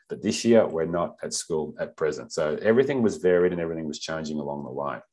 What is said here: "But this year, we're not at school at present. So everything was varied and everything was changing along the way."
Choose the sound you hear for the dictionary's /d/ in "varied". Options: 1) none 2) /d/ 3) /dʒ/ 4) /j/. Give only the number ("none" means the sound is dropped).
2